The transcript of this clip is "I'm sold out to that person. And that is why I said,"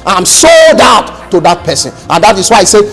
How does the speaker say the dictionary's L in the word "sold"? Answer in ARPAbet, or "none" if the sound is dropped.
none